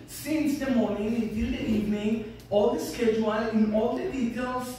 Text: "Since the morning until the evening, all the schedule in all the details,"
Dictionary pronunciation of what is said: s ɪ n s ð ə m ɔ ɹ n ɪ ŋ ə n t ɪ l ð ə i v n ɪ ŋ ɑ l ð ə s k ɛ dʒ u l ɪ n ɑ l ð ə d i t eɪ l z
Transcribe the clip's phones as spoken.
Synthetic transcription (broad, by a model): s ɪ n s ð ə m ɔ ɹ n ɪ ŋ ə t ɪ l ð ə i v n ɪ ŋ ɑ l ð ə s k ɛ dʒ u l ɪ n ɑ l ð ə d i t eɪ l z